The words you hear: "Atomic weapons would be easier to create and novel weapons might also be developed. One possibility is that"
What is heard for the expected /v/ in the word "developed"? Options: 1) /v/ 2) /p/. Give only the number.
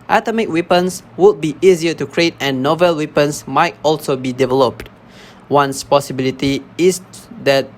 1